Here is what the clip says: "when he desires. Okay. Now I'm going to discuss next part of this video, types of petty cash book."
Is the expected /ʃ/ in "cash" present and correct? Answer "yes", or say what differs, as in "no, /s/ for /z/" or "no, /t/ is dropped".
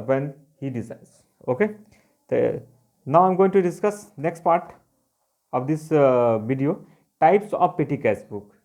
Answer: no, /s/ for /ʃ/